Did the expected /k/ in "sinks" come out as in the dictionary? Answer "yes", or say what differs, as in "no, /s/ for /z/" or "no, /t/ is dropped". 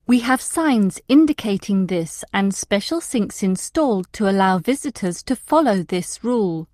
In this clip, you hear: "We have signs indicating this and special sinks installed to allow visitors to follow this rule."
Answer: yes